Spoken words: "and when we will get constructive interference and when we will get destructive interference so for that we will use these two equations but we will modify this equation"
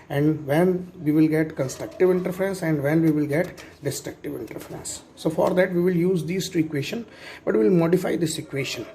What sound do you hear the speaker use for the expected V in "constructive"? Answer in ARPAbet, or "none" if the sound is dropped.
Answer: V